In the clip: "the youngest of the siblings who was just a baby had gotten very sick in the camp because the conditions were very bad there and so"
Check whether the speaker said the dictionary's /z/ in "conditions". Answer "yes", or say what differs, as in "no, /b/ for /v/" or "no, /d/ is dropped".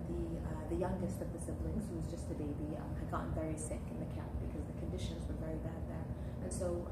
yes